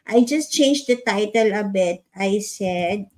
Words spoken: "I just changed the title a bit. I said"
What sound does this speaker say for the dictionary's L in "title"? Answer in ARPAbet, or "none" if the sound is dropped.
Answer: L